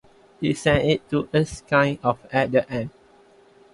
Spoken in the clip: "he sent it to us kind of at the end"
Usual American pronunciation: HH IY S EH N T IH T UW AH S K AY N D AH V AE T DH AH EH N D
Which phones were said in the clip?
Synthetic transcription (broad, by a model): HH IY S EH N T IH T UW AH S K AY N AH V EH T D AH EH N